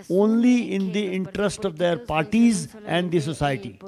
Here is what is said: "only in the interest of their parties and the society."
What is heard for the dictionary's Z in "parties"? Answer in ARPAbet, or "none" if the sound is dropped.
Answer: Z